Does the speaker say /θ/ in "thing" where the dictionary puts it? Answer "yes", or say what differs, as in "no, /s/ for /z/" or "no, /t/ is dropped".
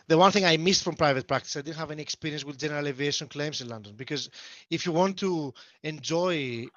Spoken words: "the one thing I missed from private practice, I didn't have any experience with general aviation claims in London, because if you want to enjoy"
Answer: yes